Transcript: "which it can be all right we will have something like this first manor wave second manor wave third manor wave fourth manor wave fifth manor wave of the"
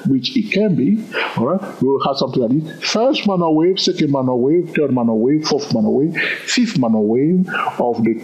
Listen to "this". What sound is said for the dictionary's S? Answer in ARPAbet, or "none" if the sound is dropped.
none